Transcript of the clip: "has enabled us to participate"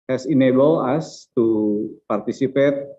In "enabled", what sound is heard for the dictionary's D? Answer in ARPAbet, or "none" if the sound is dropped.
none